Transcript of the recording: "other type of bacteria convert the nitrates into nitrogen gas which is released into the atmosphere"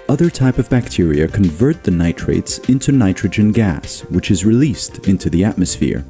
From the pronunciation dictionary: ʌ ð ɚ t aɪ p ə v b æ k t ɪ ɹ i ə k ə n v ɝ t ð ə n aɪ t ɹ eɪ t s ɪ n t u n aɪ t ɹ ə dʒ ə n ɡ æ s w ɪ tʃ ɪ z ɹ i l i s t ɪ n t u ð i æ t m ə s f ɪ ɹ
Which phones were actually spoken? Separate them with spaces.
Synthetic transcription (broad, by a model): ʌ ð ɚ t aɪ p ə v b æ k t ɪ ɹ i ə k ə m v ɝ t ð ə n aɪ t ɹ eɪ t s ɪ n t u n aɪ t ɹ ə dʒ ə n ɡ æ s w ɪ tʃ ɪ z ɹ i l i s t ɪ n t u ð i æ t m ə s f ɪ ɹ